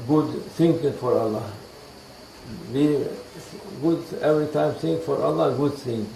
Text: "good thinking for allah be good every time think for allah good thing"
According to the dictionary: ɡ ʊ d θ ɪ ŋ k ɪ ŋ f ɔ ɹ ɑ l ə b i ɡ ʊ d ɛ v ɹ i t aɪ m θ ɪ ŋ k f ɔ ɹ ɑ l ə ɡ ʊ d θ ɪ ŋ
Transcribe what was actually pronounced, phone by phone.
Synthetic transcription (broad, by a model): ɡ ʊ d s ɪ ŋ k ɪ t f ɔ ɹ ɑ l ə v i ɡ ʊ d ɛ v ɹ i t aɪ m s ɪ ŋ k f ɔ ɹ ɑ l ə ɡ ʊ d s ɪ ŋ